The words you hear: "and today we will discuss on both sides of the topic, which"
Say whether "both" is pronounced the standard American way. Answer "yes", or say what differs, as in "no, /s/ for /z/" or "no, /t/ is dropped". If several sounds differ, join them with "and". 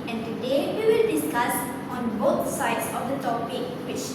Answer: no, /t/ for /θ/